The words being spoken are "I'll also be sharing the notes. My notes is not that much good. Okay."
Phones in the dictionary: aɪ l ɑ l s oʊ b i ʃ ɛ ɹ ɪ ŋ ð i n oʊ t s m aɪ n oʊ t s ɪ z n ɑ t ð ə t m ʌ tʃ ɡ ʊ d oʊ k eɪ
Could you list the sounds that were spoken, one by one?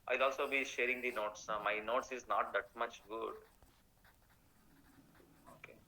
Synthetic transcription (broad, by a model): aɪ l ɑ l s oʊ b i ʃ ɛ ɹ ɪ ŋ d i n oʊ t s m aɪ n oʊ t s ɪ z n ɑ t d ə t m ʌ tʃ ɡ ʊ d oʊ k eɪ